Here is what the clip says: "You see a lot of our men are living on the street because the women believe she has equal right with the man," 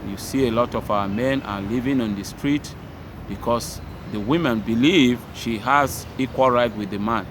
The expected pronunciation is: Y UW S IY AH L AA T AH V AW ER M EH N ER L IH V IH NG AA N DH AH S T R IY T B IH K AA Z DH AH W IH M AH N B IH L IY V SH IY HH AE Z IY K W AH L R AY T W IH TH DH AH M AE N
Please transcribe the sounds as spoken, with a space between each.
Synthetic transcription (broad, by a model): Y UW S IY AH L AA T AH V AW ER M EH N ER L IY V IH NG AA N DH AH S T R IY T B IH K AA S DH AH W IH M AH N B IH L IY V SH IY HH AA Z IY K W AH L R AY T W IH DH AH M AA N